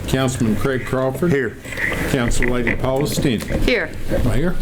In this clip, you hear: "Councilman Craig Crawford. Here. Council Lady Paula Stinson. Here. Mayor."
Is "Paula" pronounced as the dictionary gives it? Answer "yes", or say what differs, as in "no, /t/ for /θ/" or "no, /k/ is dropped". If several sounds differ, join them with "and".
yes